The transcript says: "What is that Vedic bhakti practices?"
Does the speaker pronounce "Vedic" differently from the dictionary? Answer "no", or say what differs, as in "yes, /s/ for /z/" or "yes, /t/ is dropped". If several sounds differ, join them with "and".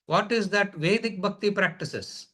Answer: no